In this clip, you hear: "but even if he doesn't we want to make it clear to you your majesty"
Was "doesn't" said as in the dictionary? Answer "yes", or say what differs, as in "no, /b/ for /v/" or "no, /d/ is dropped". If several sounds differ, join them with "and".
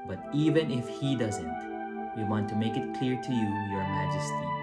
yes